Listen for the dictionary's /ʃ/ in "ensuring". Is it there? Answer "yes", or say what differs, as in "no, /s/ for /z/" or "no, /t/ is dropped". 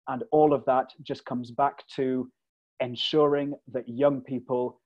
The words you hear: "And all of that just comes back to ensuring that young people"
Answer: yes